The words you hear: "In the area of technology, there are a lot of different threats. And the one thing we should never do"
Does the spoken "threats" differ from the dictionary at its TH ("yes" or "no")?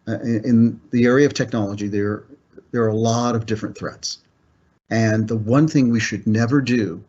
no